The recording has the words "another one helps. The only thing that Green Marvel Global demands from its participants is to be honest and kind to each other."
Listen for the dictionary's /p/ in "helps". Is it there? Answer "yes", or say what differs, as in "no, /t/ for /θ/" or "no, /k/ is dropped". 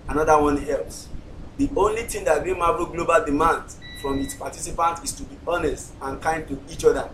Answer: no, /p/ is dropped